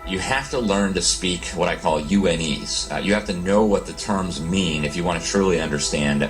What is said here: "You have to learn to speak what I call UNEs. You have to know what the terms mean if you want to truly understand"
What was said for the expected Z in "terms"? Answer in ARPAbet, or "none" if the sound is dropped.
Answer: Z